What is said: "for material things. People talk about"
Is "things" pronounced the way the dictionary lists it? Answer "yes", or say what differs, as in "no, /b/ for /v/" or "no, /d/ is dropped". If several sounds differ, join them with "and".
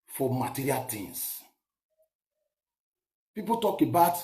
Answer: no, /t/ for /θ/ and /s/ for /z/